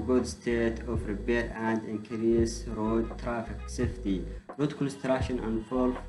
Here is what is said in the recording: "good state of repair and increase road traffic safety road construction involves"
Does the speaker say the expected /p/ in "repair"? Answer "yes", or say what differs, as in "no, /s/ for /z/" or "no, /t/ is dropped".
no, /b/ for /p/